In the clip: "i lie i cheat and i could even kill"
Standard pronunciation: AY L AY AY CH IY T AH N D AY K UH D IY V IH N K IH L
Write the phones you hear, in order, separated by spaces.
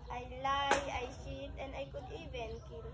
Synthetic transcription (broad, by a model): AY L AY AY SH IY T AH N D AY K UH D IY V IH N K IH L